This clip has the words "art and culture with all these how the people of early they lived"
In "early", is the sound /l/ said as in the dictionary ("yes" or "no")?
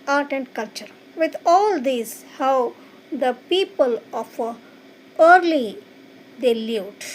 yes